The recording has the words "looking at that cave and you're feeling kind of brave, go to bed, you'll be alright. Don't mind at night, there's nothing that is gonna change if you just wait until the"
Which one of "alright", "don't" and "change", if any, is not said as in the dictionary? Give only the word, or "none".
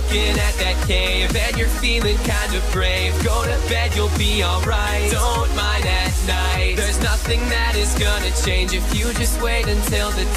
none